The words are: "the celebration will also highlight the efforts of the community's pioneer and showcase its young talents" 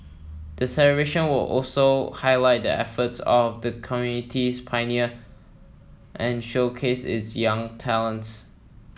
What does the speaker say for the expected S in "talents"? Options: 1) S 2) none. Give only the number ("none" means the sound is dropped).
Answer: 1